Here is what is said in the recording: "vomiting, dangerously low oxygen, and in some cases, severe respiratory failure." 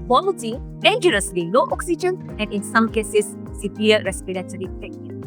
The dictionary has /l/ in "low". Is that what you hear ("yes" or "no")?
no